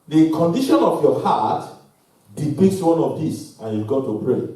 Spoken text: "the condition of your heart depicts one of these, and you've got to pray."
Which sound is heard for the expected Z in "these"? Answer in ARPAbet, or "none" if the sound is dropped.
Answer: S